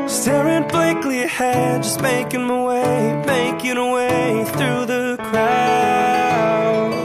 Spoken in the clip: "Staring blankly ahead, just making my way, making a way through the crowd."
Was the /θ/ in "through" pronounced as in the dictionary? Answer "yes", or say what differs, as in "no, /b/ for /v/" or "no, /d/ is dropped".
yes